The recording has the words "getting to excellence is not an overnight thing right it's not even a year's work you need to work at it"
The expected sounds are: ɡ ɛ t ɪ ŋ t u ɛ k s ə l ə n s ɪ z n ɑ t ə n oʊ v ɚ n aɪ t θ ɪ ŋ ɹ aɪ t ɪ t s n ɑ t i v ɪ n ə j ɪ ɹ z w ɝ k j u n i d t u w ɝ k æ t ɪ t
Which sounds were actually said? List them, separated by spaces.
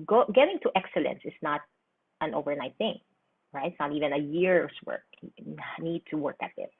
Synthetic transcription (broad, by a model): ɡ ɛ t ɪ ŋ t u ɛ k s ə l ə n s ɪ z n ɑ t ə n oʊ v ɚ n aɪ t θ ɪ ŋ ɹ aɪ ɪ t s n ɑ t i v ɪ n ə j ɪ ɹ s w ɝ k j n i d t u w ɝ k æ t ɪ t